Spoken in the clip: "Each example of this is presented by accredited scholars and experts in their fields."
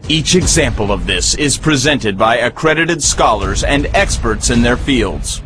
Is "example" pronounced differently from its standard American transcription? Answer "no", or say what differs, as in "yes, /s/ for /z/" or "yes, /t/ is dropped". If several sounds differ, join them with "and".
no